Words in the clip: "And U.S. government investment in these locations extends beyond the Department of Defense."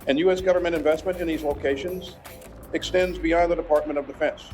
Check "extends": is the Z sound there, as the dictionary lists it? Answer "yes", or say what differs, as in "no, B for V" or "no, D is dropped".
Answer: yes